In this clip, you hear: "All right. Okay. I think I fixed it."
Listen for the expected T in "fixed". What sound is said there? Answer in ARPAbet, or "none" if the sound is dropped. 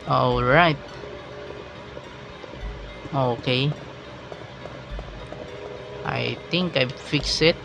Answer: none